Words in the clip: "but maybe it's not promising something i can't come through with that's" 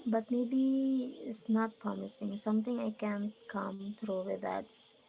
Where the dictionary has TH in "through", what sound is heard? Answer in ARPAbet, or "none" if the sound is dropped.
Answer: T